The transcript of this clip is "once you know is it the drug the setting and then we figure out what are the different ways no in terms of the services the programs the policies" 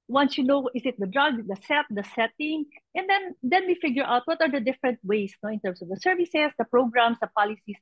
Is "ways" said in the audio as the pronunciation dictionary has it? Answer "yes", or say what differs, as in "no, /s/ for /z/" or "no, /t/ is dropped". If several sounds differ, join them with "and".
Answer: no, /s/ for /z/